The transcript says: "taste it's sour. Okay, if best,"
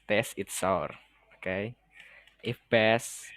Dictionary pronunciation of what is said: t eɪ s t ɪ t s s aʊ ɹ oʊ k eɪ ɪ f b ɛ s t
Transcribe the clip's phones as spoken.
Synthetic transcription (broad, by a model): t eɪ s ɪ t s s aʊ ɹ oʊ k eɪ ɪ f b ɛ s